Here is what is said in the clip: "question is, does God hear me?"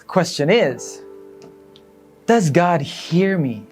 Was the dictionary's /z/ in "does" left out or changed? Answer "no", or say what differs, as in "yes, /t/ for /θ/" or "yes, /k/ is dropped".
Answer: no